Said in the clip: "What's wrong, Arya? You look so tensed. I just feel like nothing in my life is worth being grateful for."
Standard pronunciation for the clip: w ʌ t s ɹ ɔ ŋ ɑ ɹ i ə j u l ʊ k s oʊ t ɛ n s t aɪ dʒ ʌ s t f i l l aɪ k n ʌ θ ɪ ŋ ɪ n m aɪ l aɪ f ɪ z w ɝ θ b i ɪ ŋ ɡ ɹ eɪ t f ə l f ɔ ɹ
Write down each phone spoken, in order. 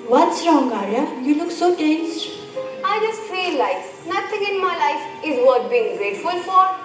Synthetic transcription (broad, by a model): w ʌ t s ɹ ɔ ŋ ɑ ɹ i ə j u l ʊ k s oʊ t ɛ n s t aɪ dʒ ʌ s t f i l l aɪ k n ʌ t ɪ ŋ ɪ n m aɪ l aɪ f ɪ z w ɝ t b i ɪ ŋ ɡ ɹ eɪ t f ə l f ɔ ɹ